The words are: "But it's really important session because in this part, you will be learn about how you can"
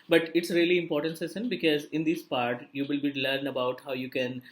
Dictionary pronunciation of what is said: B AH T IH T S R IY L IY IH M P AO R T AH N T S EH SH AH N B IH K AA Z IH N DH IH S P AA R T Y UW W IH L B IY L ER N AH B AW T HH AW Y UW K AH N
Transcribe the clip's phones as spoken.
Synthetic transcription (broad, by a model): B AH T IH T S R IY L IY IH M P AO R T AH N T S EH S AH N B IH K AA Z IH N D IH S P AA R T Y UW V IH L B IY L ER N AH B AW T HH AW Y UW K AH N